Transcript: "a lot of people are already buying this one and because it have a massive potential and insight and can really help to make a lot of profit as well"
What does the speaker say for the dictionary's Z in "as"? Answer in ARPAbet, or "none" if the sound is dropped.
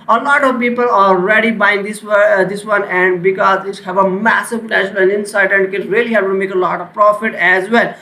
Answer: Z